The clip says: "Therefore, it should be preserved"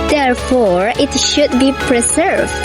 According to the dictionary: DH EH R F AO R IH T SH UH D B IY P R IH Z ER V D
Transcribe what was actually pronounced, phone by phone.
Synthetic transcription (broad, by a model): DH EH R F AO R IH T SH UH D B IY P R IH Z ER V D